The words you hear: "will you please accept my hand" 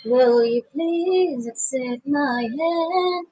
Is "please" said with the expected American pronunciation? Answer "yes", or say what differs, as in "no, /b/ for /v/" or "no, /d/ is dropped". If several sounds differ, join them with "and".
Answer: yes